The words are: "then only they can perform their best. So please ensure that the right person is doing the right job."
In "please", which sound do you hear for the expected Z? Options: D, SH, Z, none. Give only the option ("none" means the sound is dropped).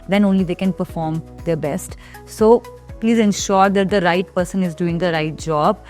Z